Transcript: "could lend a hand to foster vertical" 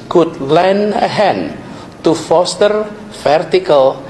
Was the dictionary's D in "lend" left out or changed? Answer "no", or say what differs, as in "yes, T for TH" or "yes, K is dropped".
yes, D is dropped